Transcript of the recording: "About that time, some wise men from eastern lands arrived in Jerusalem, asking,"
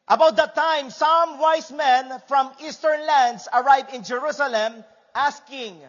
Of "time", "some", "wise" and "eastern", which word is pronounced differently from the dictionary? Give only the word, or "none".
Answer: wise